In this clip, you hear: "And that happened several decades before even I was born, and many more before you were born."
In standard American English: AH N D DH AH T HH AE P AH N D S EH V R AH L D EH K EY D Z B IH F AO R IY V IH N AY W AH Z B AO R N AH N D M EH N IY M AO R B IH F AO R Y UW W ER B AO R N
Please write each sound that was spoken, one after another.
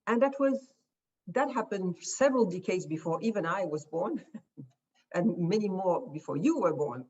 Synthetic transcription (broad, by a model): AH N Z DH AH T HH AE P AH N D S EH V R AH L D EH K EY D Z B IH F AO R IY V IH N AY W AH Z B AO R N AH N M EH N IY M AO R B IH F AO R Y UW W ER B AO R N